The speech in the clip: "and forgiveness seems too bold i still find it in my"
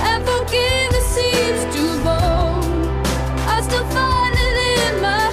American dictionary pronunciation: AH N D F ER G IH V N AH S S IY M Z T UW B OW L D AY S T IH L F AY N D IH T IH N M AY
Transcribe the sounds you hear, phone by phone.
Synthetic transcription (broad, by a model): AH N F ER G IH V AH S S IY Z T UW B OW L AY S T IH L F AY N IH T IH N M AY